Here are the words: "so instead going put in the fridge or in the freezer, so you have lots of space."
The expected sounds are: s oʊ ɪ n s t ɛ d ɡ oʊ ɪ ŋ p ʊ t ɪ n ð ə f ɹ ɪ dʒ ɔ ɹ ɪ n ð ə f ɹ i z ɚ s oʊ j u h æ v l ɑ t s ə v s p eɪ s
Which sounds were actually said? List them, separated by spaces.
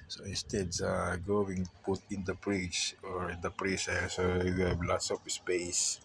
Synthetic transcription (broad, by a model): s oʊ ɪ n s t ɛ d ɡ oʊ ɪ ŋ p ʊ t ɪ n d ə p ɹ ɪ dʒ ɔ ɹ ɪ n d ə p ɹ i s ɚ s oʊ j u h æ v l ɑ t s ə p s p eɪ s